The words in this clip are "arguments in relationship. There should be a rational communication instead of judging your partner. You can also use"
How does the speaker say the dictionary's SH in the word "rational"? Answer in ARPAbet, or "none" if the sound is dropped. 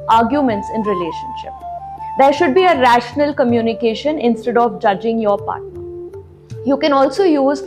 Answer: SH